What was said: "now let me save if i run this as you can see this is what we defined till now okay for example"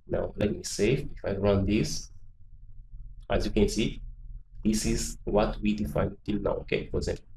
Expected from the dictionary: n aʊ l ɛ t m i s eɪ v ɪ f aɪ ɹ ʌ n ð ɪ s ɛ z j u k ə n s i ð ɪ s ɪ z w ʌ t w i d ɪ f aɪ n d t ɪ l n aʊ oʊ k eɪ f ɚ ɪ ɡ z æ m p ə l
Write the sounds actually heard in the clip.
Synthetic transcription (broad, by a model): n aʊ l ɛ t m i s eɪ f ɪ f aɪ ɹ ʌ n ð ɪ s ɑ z j u k ə n s i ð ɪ s ɪ z w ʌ t w i d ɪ f aɪ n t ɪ l n aʊ oʊ k eɪ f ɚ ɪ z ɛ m